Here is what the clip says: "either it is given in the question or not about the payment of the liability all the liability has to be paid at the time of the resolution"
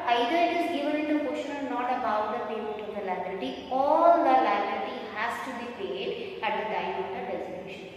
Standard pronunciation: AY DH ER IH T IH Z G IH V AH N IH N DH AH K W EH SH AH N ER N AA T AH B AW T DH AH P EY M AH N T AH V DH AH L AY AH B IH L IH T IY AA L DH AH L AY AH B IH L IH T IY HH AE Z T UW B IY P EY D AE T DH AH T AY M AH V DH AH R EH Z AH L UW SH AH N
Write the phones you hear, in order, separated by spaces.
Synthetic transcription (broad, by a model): AY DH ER IH T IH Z G IH V AH N IH N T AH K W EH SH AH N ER N AA T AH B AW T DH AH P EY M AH T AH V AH L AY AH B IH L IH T IY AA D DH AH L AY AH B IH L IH T IY HH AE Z T UW B IY P EY D AE T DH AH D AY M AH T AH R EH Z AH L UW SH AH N